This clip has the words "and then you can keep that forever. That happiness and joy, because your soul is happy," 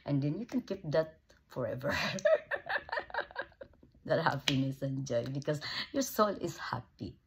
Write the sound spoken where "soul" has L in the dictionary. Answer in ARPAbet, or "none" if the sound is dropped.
L